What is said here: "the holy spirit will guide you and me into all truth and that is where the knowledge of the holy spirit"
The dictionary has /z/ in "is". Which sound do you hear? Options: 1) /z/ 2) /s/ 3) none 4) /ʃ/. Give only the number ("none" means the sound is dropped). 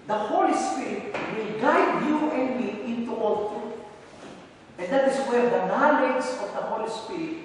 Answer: 2